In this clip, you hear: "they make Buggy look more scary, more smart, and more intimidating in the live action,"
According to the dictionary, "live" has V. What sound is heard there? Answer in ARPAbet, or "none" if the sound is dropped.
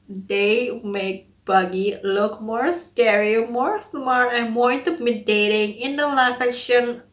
F